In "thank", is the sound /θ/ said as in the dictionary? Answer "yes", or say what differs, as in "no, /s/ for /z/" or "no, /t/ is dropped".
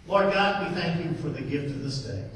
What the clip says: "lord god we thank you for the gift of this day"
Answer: yes